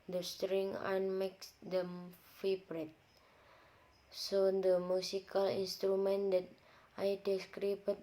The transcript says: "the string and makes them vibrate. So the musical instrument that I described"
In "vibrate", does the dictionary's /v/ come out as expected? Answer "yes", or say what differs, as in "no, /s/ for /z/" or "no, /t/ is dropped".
no, /f/ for /v/